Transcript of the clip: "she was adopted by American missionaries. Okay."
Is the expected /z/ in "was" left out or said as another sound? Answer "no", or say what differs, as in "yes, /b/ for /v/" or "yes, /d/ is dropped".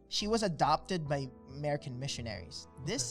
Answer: no